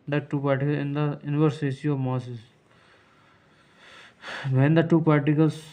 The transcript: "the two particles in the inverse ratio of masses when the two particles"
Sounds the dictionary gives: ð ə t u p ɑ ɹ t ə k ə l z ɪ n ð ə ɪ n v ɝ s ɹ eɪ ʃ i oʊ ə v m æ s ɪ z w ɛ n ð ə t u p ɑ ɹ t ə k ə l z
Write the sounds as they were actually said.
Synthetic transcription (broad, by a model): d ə t u p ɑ ɹ t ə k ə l ɪ n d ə ɪ n v ɝ s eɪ s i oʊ ə v m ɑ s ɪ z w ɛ n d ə t u p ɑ ɹ t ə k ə l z